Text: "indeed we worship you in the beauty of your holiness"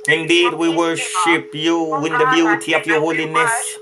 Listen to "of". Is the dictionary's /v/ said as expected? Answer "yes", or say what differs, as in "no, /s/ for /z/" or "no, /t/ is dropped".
no, /p/ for /v/